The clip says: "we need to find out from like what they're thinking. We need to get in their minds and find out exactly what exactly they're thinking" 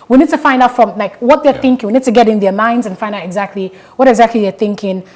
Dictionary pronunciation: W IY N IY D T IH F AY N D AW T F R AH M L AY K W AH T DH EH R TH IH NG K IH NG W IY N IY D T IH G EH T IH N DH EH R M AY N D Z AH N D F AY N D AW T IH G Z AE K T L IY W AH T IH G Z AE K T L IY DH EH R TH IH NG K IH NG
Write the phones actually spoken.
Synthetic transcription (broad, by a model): W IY N IY D T IH F AY N D AW T F R AH M L AY K W AH T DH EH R TH IH NG K IH NG W IY N IY D T IH G EH T IH N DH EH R M AY N D Z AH N F AY N D AW T IH G Z AE K T L IY W AH T IH G Z AE K T L IY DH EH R TH IH NG K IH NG